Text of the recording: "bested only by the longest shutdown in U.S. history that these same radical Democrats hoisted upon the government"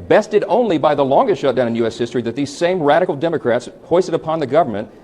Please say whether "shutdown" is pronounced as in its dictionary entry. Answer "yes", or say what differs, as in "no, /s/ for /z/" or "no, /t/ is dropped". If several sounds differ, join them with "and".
no, /n/ is dropped